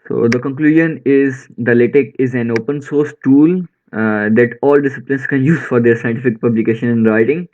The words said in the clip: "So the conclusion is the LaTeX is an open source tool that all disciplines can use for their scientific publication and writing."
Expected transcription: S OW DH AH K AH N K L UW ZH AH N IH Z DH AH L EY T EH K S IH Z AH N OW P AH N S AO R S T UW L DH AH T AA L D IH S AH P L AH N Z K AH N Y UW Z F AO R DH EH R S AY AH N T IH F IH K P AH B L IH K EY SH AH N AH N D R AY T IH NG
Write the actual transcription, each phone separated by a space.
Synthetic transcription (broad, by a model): S OW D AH K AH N K L UW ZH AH N IH Z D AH L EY T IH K IH Z AH N OW P AH N S AO R S T UW L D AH T AA L D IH S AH P L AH N S K AH N Y UW Z F AO R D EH R S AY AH N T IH F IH K P AH B L IH K EY SH AH N AH N D R AY T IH NG